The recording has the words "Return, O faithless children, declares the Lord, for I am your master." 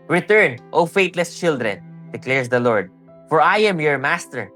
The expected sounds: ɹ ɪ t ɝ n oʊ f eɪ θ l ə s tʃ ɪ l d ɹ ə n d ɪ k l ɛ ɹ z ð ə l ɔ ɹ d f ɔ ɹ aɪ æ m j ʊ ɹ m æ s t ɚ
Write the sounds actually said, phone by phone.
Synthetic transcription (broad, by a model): ɹ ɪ t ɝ n oʊ f eɪ t l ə s tʃ ɪ l d ɹ ə n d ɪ k l ɛ ɹ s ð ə l ɔ ɹ d f ɔ ɹ aɪ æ m j ʊ ɹ m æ s t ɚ